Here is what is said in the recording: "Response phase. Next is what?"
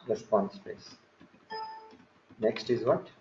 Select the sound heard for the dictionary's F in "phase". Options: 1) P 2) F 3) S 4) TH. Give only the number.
1